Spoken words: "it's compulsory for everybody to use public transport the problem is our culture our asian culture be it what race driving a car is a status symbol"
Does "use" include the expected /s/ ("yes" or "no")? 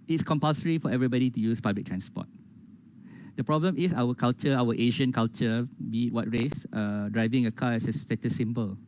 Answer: yes